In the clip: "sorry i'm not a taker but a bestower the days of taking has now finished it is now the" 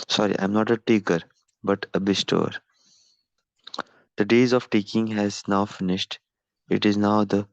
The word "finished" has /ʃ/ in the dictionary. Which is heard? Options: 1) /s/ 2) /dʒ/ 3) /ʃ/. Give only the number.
3